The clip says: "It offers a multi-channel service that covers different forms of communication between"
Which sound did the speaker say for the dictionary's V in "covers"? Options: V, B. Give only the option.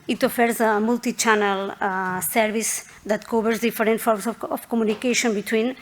B